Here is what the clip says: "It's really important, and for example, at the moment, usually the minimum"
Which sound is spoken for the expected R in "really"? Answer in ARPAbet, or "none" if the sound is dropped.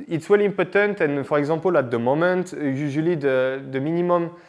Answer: W